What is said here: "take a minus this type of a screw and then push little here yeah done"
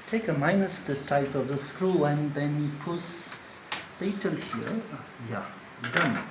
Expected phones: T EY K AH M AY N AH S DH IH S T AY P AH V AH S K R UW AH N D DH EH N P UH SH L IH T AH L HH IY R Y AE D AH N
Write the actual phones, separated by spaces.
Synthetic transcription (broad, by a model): T EY K AH M AY N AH S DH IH S T AY P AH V AH S K R UW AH N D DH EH N P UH S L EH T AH L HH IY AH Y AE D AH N